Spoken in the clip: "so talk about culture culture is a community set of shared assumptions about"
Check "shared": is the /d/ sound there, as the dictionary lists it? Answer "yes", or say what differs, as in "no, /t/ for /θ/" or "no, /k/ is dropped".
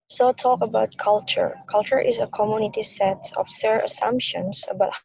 no, /d/ is dropped